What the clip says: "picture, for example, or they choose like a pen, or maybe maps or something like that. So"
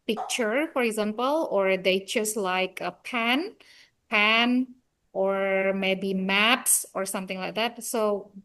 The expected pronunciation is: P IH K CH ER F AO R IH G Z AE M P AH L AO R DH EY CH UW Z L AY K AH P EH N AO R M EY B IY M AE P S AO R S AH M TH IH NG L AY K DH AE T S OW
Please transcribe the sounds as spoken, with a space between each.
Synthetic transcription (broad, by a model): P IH K CH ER F AO R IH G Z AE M P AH L AO R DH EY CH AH S L AY K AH P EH N AO R M EY B IY M AE P S AO R S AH M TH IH NG L AY K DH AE T S OW